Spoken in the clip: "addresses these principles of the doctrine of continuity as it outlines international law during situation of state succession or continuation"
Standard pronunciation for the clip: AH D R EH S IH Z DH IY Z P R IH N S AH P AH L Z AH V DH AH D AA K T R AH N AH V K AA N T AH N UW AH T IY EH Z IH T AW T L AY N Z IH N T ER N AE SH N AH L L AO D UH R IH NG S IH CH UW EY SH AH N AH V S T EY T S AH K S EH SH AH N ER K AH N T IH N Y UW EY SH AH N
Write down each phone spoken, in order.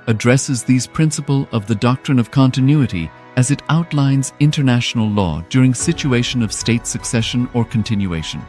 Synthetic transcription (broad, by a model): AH D R EH S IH Z DH IY Z P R IH N S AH P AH L AH V DH AH D AA K T R AH N AH V K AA N T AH N UW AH T IY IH Z IH T AW T L AY N Z IH N T ER N AE SH N L L AO D UH R IH NG S IH CH UW EY SH AH N AH V S T EY T S AH K S EH SH AH N ER K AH N T IH N Y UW EY SH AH N